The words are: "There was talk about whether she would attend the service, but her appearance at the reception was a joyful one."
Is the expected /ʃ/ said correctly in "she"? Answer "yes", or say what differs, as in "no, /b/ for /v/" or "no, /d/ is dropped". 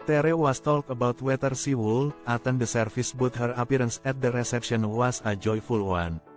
no, /s/ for /ʃ/